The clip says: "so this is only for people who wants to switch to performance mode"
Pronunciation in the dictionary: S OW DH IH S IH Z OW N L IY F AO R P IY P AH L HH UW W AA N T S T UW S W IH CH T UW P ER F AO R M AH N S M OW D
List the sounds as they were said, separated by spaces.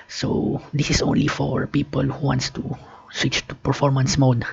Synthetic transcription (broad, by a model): S OW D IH S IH S OW N L IY F AO R P IY P AH L HH UW W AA N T S T UW S W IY CH T UW P ER F AO R M AH N S M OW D